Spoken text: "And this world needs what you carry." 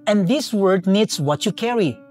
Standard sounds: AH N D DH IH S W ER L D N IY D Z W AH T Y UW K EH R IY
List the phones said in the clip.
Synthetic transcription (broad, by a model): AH N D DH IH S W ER D N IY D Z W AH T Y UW K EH R IY